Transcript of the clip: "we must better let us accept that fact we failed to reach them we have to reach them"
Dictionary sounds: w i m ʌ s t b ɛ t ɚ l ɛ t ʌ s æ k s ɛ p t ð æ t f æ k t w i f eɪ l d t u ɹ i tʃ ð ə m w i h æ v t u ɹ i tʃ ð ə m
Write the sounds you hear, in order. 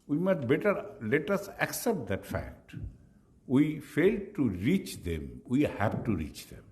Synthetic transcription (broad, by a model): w i m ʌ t b ɛ t ɚ l ɛ t ʌ s æ k s ɛ p t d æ t f æ k t w i f eɪ l d t u ɹ i tʃ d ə m w i h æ b t u ɹ i tʃ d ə m